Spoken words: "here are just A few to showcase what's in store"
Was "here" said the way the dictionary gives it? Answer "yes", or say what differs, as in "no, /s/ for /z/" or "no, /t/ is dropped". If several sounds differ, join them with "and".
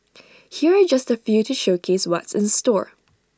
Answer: yes